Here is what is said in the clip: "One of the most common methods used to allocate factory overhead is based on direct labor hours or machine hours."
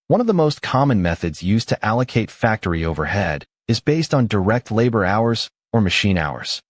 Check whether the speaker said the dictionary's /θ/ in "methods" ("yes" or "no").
yes